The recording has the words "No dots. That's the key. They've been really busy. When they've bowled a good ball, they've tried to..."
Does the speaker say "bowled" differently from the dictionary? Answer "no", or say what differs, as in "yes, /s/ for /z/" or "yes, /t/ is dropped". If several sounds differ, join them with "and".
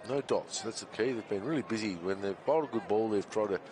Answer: yes, /l/ is dropped